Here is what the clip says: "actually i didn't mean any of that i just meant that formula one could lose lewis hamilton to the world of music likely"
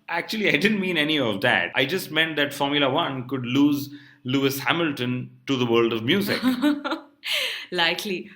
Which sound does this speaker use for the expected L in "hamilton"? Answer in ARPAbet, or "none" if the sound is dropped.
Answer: L